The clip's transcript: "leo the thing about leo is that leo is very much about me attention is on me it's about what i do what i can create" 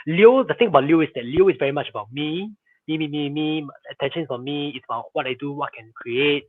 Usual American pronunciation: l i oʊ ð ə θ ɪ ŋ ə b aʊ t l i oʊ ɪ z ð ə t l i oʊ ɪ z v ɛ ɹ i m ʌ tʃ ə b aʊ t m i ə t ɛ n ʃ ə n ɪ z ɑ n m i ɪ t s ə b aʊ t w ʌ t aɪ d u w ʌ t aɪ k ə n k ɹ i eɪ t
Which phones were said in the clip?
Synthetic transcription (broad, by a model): l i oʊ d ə t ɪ ŋ ə b aʊ t l i oʊ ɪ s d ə t l i oʊ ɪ s v ɛ ɹ i m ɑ tʃ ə b aʊ t m i ə t ɛ n ʃ ə n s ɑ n m i ɪ t s ə b aʊ t w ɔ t aɪ d u w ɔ t k ə n k ɹ i eɪ t